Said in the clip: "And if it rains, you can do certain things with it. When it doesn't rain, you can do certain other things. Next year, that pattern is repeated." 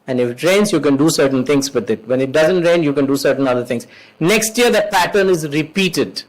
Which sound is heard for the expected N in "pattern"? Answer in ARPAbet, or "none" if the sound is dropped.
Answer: N